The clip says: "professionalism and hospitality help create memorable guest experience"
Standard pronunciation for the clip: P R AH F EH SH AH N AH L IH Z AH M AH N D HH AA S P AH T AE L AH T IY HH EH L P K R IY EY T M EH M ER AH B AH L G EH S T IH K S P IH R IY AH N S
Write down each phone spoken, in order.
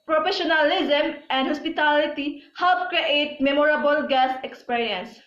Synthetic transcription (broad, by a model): P R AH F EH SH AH N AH L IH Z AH M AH N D HH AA S P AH T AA L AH T IY HH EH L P K R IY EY T M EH M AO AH B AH L G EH S IH K S P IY R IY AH N S